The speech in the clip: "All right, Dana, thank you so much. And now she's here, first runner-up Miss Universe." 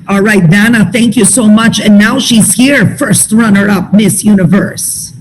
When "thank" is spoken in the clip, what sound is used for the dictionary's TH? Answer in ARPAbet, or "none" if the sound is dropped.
TH